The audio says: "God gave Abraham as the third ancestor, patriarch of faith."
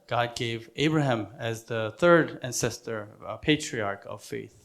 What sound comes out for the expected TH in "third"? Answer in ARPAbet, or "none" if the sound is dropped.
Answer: TH